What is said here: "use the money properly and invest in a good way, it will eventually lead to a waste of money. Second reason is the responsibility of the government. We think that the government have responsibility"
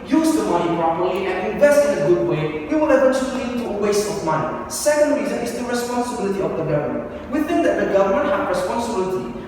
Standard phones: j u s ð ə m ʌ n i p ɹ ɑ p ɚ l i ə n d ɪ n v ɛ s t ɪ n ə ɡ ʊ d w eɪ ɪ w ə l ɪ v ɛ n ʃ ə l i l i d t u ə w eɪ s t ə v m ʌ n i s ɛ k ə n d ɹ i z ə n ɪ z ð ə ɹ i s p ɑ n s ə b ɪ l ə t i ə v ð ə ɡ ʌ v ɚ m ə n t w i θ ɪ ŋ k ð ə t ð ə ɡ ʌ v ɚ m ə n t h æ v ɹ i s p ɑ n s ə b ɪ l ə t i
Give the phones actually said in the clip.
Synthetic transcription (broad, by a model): j u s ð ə m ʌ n i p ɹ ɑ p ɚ l i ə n ɪ n v ɛ s t ɪ n ə ɡ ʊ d w eɪ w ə w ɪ ɛ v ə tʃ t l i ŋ t u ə w eɪ s t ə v m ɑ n i s ɛ k ə n d ɹ i z ə n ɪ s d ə ɹ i s p ɑ n s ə b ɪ l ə t i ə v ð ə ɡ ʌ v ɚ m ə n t w i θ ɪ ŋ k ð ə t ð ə ɡ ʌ v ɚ m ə n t h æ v ɹ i s p ɑ n s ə b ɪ l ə t i